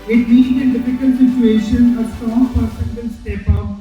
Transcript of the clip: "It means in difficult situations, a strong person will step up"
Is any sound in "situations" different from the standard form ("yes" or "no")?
yes